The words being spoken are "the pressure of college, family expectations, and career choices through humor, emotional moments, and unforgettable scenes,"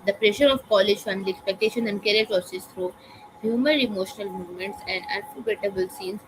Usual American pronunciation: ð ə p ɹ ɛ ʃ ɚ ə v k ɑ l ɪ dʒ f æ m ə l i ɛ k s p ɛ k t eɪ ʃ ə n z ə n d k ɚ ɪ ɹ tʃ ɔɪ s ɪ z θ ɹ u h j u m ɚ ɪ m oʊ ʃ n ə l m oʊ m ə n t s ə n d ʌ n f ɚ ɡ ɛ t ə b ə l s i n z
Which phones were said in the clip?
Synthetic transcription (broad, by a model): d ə p ɹ ɛ ʃ ɚ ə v k ɑ l ɪ dʒ f æ m ə l i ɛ k s p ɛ k t eɪ ʃ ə n ə n d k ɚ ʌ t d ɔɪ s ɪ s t ɹ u h j u m ɚ ɪ m oʊ ʃ n ə l m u m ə n t s ə n d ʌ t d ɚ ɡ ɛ t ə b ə l s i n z